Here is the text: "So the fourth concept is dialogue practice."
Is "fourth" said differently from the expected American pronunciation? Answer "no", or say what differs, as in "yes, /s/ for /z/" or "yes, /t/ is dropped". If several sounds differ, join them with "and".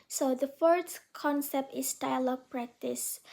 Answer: yes, /s/ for /θ/